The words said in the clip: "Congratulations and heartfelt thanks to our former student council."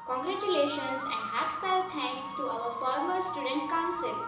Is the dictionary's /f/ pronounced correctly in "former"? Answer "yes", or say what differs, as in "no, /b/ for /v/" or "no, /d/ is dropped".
yes